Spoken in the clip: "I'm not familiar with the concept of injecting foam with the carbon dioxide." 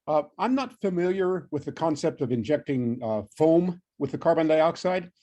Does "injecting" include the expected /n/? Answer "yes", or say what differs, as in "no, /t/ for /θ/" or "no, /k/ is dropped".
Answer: yes